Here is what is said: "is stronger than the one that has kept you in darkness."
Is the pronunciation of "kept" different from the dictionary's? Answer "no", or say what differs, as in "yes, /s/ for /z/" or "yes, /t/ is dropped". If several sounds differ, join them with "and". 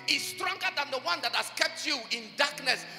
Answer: no